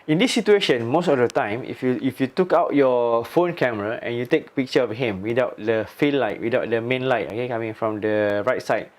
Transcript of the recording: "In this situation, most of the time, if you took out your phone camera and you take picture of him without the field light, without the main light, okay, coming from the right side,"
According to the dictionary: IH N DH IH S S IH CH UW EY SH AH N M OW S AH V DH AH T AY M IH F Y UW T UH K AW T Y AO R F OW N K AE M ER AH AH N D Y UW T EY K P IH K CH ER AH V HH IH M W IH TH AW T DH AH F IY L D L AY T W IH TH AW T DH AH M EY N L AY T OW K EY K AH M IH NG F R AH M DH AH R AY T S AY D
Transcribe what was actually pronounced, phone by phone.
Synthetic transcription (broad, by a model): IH N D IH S S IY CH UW EY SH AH N M OW S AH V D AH T AY M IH F Y UW T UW K AW T Y AO F OW N K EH M ER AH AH N Y UW T EY K P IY K CH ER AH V HH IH M W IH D AW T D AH F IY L L AY T W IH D AW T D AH M EY N L AY T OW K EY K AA M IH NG F R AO M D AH R AY T S AY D